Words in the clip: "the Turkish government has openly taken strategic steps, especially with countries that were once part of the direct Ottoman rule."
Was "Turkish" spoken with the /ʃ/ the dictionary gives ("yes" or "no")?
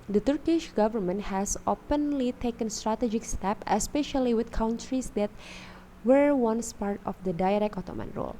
yes